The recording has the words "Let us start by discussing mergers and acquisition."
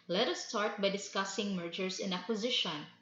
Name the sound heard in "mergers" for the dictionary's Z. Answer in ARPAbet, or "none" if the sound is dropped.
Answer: S